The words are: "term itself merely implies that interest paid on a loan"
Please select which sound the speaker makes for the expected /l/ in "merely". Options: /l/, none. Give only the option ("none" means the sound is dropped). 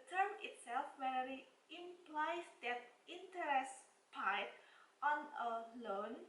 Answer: none